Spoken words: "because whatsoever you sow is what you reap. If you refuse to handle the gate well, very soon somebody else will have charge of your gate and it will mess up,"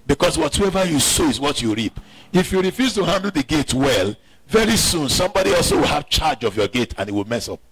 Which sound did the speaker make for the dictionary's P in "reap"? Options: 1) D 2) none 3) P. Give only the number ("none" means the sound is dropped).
3